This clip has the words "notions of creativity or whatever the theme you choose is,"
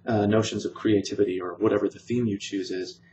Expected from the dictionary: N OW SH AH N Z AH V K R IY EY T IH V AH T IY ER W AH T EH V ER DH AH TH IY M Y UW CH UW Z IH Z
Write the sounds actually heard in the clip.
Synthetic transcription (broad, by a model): N OW SH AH N Z AH V K R IY EY T IH V AH T IY ER W AH T EH V ER DH AH TH IY M Y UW CH UW Z IH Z